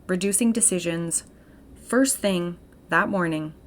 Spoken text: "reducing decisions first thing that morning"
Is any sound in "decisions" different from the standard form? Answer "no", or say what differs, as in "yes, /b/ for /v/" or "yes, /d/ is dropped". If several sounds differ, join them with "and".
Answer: no